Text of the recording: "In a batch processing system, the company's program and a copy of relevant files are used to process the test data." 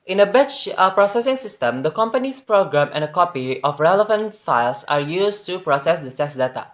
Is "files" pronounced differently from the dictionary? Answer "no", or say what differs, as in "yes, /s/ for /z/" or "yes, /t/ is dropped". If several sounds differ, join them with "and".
yes, /s/ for /z/